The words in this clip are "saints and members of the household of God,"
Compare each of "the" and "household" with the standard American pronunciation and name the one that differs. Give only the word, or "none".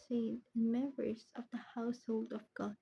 none